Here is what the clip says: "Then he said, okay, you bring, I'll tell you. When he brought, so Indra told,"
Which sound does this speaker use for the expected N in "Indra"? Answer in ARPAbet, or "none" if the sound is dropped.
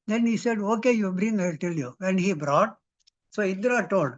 none